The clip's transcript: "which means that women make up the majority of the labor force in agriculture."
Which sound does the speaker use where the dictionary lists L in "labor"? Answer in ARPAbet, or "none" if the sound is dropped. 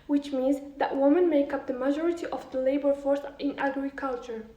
L